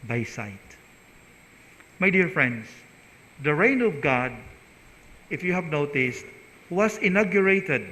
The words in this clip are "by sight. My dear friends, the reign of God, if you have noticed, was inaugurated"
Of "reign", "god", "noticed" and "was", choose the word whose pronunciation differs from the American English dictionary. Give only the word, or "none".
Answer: was